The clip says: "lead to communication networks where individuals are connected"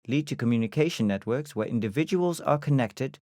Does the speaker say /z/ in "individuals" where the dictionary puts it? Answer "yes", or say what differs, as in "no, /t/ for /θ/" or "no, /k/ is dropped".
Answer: yes